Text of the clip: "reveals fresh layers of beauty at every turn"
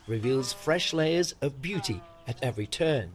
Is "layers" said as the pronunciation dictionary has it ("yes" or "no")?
yes